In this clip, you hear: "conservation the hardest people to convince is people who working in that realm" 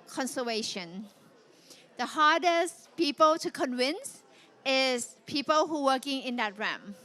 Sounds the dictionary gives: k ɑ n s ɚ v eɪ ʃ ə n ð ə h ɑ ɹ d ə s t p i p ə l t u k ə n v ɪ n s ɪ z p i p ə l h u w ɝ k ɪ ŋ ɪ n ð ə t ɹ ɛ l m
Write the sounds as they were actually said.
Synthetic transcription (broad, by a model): k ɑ n s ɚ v eɪ ʃ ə n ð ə h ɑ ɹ d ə s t p i p ə l t u k ə n v ɪ n s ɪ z p i p ə l h u w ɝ k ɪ ŋ ɪ n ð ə t ɹ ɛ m